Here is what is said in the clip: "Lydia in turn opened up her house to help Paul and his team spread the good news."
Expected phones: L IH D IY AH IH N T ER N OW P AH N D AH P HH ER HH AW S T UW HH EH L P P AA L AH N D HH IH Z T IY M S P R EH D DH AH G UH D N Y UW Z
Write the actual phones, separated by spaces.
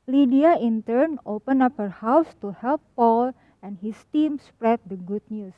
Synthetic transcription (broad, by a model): L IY D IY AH IH N T ER N OW P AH N AH P HH ER HH AW S T UW HH EH L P P AA L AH N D HH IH S T IY M S P R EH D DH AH G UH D N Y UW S